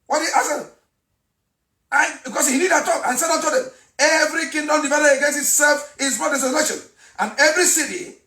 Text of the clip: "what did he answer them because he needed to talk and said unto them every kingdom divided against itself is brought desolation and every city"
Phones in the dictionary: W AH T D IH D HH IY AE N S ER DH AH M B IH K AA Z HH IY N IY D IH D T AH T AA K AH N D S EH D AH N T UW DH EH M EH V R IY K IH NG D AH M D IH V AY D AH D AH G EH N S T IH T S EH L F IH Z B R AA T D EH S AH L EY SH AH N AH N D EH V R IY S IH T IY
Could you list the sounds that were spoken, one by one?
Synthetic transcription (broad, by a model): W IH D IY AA S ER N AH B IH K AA S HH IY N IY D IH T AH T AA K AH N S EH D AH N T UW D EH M EH V R IY K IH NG D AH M D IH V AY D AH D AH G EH N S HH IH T S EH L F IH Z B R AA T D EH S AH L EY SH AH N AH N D EH V R IY S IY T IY